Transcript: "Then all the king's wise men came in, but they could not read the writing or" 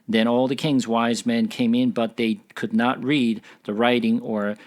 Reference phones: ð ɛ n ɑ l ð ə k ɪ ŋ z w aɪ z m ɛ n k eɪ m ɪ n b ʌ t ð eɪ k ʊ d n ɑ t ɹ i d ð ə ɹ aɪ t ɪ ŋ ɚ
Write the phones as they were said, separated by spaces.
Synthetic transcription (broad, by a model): ð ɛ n ɑ l ð ə k ɪ ŋ z w aɪ z m ɛ n k eɪ m ɪ n b ʌ t ð eɪ k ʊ d n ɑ t ɹ i d ð ə ɹ aɪ t ɪ ŋ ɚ